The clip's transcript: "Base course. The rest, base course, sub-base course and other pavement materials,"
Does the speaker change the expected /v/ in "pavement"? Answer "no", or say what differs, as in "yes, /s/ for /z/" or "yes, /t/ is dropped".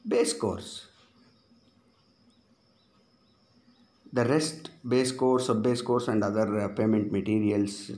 yes, /v/ is dropped